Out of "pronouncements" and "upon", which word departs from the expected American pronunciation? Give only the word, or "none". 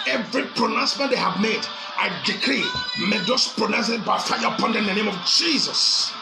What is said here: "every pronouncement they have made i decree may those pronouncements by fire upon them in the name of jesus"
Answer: pronouncements